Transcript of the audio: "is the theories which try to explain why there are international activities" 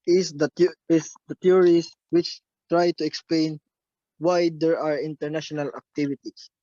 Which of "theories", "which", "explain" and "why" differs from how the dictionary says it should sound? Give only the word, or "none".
theories